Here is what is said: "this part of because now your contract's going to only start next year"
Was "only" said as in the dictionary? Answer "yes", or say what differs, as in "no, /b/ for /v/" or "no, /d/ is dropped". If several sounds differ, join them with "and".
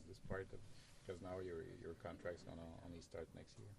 no, /l/ is dropped